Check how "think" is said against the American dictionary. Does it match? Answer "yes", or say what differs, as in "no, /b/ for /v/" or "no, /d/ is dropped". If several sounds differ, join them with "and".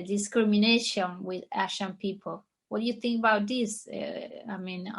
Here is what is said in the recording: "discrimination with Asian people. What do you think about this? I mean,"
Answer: yes